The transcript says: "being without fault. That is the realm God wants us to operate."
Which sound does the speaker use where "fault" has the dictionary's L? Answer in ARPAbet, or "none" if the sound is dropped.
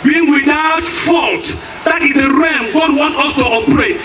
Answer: L